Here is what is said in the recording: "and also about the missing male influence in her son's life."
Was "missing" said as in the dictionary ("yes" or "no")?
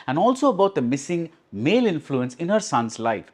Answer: yes